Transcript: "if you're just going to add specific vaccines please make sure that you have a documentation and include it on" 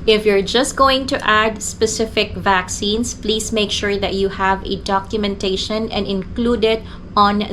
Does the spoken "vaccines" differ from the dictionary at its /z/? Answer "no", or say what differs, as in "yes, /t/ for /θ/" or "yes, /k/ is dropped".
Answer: yes, /s/ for /z/